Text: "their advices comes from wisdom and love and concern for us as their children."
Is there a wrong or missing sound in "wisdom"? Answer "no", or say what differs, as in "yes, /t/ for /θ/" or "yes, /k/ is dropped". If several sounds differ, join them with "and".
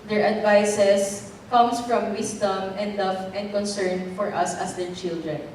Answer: yes, /s/ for /z/